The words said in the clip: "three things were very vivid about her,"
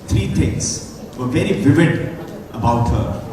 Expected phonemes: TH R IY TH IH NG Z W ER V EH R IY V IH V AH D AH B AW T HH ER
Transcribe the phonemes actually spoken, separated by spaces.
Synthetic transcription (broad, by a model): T R IY T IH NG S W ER V EH R IY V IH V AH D AH B AW T HH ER